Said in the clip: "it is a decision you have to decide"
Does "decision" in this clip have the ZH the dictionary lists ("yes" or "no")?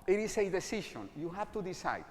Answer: no